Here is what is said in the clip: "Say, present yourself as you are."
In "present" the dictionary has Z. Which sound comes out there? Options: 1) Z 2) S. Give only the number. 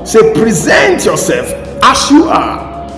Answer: 1